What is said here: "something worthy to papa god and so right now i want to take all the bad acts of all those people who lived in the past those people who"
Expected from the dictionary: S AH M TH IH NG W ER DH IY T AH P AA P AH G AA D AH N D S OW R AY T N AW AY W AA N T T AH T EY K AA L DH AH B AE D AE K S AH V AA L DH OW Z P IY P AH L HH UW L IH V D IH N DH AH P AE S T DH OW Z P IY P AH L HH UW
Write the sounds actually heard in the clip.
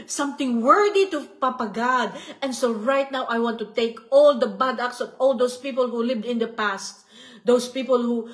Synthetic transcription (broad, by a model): S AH M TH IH NG W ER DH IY T AH P AA P AH G AA D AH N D S OW R AY T N AW AY W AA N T T AH T EY K AA L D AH B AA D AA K S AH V AA L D OW S P IY P AH L HH UW L IH V D IH N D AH P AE S T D OW S P IY P AH L HH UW